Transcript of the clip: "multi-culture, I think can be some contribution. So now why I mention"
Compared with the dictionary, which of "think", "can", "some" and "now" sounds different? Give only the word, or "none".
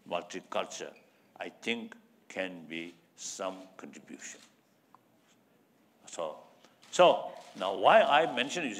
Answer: think